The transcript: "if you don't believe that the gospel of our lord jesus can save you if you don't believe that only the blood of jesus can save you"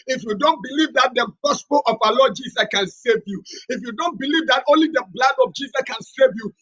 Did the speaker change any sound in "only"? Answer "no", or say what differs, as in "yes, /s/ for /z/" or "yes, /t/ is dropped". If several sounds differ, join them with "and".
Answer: no